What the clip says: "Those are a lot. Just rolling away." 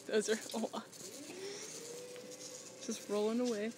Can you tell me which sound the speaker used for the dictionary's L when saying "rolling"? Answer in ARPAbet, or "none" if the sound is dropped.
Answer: L